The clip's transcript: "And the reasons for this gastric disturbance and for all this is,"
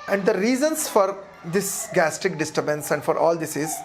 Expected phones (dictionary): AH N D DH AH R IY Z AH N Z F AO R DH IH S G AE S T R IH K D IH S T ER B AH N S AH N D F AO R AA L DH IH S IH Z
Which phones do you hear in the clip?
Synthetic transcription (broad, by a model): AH N D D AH R IY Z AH N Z F AO R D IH S G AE S T IH K D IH S T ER B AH N S AH N D F AO R AA L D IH S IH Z